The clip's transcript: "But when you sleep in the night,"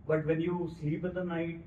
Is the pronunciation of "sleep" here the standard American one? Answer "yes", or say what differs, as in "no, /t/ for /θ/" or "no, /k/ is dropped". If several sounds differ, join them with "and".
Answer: no, /l/ is dropped